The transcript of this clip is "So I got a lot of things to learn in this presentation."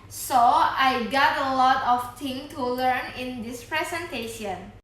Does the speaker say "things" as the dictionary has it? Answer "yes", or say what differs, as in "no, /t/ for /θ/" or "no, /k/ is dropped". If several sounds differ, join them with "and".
no, /z/ is dropped